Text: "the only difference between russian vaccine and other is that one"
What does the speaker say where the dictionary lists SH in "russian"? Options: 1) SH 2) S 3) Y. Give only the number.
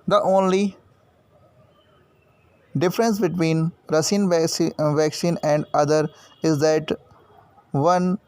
2